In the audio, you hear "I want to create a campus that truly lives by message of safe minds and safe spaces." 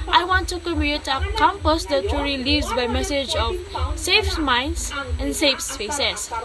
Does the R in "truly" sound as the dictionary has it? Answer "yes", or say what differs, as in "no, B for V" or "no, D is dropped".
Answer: no, R is dropped